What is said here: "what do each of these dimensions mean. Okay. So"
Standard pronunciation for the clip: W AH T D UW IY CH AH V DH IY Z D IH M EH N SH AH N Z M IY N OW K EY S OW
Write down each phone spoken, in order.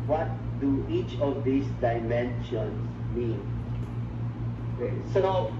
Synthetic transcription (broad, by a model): W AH T D UW IY CH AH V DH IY S D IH M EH N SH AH N S M IY N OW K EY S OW